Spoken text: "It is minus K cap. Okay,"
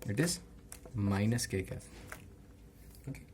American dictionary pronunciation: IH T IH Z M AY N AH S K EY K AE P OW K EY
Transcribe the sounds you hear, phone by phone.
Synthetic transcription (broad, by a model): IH T IH Z M AY N AH S K EY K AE OW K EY